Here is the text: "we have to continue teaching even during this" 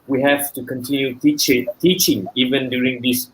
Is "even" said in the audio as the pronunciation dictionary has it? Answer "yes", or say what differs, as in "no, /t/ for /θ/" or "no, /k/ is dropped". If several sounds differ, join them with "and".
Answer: yes